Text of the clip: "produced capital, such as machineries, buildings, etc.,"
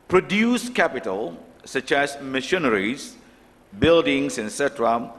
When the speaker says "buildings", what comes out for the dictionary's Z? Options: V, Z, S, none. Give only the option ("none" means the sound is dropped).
S